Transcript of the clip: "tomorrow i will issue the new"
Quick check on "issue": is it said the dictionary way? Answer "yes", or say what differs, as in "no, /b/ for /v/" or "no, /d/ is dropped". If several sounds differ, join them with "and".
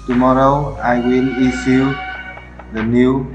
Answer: no, /s/ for /ʃ/